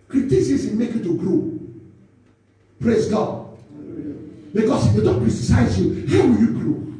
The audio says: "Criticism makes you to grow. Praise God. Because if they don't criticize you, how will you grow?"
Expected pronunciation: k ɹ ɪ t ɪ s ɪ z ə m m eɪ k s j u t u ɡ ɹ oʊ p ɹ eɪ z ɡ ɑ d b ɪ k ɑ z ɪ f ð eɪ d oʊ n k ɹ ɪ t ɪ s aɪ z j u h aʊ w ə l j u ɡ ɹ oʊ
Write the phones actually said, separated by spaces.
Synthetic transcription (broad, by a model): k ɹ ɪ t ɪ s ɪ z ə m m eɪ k j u t u ɡ ɹ oʊ p ɹ eɪ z ɡ ɑ d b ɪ k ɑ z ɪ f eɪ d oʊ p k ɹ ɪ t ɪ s aɪ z j u h aʊ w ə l j u ɡ ɹ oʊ